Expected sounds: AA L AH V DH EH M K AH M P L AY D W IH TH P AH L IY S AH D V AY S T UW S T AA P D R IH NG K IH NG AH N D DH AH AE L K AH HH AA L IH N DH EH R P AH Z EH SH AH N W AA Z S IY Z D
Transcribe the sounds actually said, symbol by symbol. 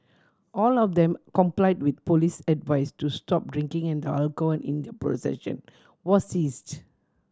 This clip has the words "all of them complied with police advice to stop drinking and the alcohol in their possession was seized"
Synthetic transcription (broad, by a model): AA L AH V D EH M K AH M P L AY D W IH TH P AH L IY S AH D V AY S T UW S T AA P D R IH NG K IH NG AH N D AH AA L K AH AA N IH N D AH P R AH S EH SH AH N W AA S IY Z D